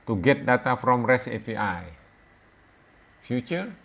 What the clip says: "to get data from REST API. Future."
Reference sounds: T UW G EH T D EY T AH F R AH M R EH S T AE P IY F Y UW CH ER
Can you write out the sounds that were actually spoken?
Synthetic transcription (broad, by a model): T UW G EH T D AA T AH F R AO M R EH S EH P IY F Y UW CH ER